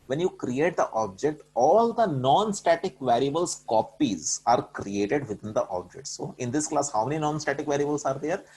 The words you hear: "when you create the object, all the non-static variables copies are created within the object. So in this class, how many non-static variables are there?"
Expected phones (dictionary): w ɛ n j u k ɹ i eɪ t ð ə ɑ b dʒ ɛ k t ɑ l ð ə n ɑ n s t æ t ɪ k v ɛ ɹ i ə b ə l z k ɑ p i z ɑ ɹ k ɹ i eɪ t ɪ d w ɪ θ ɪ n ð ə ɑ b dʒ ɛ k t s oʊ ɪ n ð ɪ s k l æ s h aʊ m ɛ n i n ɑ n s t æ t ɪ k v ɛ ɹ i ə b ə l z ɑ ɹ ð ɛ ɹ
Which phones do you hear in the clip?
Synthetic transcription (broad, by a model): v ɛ n j u k ɹ i eɪ t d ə ɑ b dʒ ɛ k t ɑ l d ə n ɑ n s t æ t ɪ k v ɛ ɹ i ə b ə l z k ɑ p i z ɑ ɹ k ɹ i eɪ t ɪ d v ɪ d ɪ n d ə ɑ b dʒ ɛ k t s oʊ ɪ n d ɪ s k l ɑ s h aʊ m ɛ n i n ɑ n s t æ t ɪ k v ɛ ɹ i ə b ə l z ɑ ɹ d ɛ ɹ